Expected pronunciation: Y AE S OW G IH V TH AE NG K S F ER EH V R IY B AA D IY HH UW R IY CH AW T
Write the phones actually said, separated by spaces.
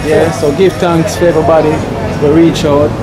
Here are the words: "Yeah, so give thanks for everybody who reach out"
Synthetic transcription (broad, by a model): Y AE S OW G IH V T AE NG K S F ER EH V R IY B AA D IY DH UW R IY CH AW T